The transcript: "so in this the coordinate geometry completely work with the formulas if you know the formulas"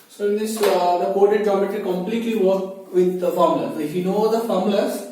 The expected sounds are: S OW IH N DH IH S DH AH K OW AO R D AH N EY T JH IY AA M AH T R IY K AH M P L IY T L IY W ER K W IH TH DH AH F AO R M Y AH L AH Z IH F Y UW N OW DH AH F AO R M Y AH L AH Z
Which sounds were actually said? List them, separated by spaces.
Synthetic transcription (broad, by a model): S OW IH N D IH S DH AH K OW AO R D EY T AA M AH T IY K AH M P L IY T L IY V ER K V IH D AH F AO R M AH L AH S IH F Y UW N OW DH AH F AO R M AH L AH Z